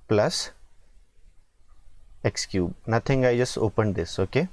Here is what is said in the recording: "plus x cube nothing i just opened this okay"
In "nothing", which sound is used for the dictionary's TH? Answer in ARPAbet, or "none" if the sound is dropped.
T